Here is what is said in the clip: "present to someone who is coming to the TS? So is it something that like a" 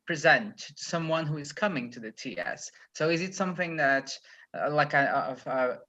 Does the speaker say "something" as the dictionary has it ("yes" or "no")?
yes